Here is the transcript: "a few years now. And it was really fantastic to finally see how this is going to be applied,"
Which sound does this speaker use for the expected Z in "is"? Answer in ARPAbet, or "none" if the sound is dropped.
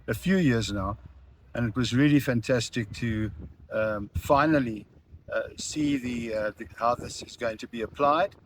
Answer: Z